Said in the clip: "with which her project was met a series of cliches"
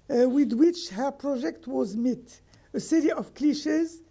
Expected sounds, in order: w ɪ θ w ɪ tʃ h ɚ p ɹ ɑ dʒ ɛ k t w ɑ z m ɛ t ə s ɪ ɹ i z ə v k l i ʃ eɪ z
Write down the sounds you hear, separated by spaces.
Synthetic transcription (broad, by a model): w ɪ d w ɪ tʃ h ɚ p ɹ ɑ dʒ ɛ k t w ɑ z m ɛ t ə s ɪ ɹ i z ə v k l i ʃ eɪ z